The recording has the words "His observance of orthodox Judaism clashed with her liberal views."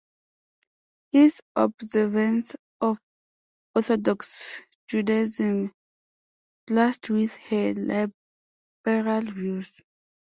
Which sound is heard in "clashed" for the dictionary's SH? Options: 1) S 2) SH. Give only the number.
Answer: 1